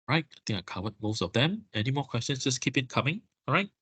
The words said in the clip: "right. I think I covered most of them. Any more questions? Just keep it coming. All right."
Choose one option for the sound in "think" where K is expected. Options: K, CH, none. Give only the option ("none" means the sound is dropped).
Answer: none